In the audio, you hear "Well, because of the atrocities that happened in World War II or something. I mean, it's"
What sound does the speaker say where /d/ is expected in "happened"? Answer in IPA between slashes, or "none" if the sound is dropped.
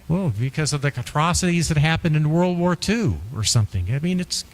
/d/